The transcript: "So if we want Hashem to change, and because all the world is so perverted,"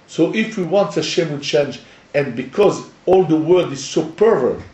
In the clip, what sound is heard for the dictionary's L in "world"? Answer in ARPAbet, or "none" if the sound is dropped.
none